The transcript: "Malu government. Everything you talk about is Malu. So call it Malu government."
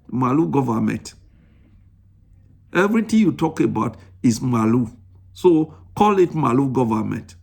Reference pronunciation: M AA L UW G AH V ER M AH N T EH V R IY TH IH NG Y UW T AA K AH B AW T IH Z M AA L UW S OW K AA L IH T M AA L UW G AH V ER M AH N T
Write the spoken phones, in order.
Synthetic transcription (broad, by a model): M AA L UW G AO V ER M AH N T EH V R IY T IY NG Y UW T AA K AH B AW T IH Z M AA L UW S OW K AA L IH T M AA L UW G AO V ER M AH N T